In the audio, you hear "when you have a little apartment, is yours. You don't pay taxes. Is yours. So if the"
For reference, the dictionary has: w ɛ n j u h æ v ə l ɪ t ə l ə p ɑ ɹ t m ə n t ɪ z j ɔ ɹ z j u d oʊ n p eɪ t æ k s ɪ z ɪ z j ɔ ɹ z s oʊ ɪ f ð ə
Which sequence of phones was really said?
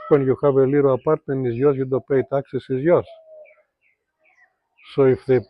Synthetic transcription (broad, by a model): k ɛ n j u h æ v ə l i t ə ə p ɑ ɹ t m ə n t ɪ z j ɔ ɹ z j u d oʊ p eɪ t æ k s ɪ s ɪ z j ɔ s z s oʊ ɪ f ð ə